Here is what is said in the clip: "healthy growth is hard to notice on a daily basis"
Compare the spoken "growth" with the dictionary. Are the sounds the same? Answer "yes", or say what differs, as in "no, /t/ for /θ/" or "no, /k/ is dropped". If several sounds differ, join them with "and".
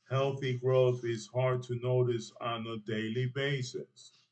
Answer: yes